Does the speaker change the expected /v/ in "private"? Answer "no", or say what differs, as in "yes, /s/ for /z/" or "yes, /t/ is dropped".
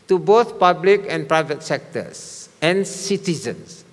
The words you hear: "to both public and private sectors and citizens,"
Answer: no